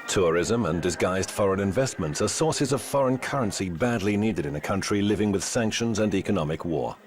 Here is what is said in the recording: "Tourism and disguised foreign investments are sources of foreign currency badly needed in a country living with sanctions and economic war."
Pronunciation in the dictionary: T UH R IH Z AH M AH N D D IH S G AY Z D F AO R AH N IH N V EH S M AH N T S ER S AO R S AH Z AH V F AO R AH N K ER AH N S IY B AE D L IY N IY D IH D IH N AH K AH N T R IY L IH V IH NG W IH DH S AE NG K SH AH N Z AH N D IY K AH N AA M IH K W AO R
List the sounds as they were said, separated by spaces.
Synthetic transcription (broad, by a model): T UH R IH Z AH M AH N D D IH S G AY Z D F AO R AH N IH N V EH S M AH N T S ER S AO R S AH Z AH V F AO R AH N K ER AH N S IY B AE D L IY N IY D IH D IH N AH K AH N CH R IY L IH V IH NG W IH DH S AE NG K SH AH N Z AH N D IY K AH N AA M IH K W AO R